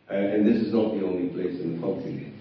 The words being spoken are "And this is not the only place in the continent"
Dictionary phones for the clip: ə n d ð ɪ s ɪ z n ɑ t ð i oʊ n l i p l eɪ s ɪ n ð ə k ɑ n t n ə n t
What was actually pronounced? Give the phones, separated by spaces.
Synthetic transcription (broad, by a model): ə n ð ɪ s ɪ z n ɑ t ð i oʊ n l i p l eɪ s ɪ n ð ə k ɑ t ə